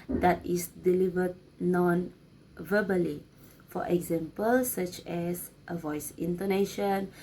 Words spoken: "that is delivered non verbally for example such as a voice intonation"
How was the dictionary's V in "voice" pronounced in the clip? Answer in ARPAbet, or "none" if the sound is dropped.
V